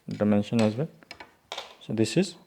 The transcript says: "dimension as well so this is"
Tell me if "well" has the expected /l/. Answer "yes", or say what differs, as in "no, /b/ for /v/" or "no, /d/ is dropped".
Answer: no, /n/ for /l/